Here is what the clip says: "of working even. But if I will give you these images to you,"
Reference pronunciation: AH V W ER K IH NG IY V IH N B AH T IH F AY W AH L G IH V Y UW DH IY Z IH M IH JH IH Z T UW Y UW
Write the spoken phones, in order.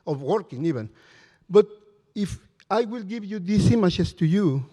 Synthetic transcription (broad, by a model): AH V W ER K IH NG IY V IH N B AH T IH F AY W AH L G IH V Y UW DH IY S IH M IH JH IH S T UW Y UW